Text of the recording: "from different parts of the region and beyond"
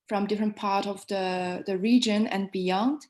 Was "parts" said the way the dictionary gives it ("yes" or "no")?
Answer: no